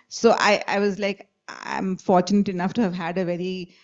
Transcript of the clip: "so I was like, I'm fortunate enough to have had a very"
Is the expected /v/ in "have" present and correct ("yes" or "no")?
yes